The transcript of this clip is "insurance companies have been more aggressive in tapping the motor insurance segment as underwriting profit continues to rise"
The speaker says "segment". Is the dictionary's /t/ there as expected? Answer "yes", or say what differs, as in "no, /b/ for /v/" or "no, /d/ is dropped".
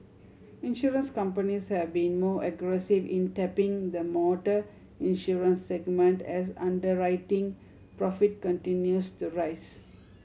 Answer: yes